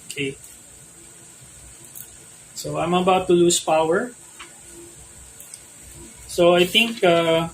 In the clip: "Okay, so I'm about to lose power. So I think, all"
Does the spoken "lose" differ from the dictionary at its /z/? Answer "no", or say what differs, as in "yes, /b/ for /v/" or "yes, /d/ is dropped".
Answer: yes, /s/ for /z/